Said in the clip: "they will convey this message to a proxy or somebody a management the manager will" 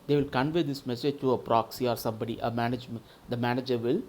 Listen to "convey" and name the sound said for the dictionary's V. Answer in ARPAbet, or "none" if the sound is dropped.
V